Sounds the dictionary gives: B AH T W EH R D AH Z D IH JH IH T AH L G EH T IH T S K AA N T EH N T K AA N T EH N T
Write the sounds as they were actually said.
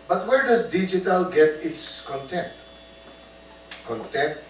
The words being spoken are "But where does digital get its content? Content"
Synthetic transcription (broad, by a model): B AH T W EH R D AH S D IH JH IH T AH L G EH T IH T S K AA N T EH N T K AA N T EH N T